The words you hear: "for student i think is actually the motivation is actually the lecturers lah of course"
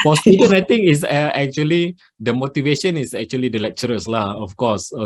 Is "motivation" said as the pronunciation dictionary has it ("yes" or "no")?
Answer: yes